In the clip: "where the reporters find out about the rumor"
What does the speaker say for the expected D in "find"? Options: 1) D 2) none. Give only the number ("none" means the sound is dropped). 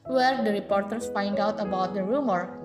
1